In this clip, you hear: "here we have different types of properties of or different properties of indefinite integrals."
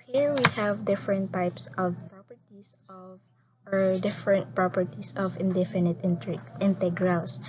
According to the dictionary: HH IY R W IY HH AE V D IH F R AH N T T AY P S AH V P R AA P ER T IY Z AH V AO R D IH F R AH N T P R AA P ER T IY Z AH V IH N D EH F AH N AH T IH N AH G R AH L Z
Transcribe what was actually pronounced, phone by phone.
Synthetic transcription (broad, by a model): HH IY R W IY HH AE V D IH F R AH N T T AY P S AH V P R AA P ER T IY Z AH V AO R D IH F R AH N T P R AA P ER T IY S AH V IH N D EH F AH N AH T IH N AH G R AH L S